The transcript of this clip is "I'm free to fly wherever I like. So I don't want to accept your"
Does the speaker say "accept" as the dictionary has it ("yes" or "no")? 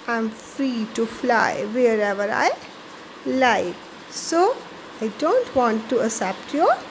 no